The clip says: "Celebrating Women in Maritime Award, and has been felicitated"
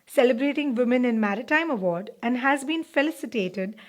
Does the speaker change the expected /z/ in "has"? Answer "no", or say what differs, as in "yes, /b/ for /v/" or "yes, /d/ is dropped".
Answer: no